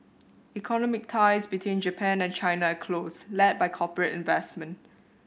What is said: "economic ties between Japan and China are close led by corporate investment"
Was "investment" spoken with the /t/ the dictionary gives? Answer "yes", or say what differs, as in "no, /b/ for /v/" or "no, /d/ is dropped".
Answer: yes